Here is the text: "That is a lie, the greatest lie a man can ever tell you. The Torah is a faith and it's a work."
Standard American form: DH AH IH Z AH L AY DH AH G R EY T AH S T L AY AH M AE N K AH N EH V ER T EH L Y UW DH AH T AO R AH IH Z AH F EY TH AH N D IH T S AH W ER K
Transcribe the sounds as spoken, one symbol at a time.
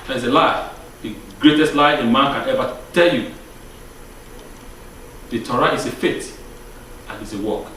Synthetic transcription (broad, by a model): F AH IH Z AH L AY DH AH G R EY T AH S T L AY AH M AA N K AH N EH V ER T EH L Y UW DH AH T AO R AH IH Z AH F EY T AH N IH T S AH W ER K